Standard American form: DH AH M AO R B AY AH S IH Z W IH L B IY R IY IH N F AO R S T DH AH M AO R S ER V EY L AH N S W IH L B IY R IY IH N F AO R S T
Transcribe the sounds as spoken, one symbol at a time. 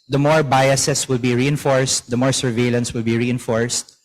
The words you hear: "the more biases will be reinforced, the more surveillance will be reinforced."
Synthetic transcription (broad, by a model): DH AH M AO R B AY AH S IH S W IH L B IY R IY IH N F AO R S T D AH M AO R S ER V EY L AH N S W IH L B IY R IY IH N F AO R S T